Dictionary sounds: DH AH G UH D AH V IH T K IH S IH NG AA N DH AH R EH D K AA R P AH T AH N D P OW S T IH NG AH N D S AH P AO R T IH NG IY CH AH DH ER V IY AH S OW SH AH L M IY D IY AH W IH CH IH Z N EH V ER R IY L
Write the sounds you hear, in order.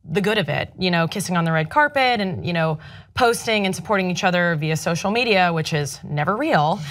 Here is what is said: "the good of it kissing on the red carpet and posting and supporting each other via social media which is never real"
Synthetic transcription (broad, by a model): DH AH G UH D AH V IH T K IH S IH NG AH N DH AH R EH D K AA R P AH T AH N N P OW S T IH NG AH N S AH P AO R T IH NG IY CH AH DH ER V IY AH S OW SH L M IY D IY AH W IH CH IH Z N EH V ER R IY L